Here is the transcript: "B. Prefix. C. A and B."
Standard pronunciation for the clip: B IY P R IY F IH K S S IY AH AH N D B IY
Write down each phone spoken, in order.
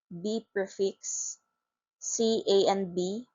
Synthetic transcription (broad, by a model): B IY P EH F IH K S S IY AH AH N B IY